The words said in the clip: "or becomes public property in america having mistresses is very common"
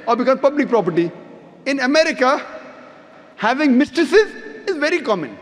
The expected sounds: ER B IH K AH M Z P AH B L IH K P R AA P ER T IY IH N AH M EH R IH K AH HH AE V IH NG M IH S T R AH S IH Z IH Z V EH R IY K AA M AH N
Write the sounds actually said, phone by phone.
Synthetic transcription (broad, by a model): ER B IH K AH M P AH B L IH K P R AA P ER T IY IH N AH M EH R IH K AH HH AE V IH NG M IH S T R AH S IH Z IH Z V EH R IY K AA M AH N